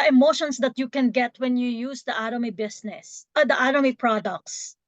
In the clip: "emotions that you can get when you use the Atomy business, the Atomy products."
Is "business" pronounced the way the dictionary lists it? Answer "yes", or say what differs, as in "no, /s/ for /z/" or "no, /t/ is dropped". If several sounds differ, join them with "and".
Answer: no, /s/ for /z/